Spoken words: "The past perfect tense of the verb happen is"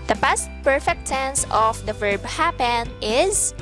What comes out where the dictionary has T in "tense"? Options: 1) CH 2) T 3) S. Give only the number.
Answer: 3